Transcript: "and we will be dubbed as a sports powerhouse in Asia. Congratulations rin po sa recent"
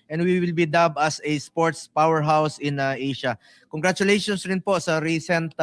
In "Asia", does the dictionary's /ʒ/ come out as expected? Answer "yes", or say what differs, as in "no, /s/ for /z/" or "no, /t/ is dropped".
no, /ʃ/ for /ʒ/